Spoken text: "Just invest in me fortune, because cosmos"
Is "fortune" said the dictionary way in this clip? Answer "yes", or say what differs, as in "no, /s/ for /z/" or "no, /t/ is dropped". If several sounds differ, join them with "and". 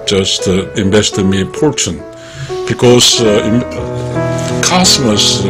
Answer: no, /p/ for /f/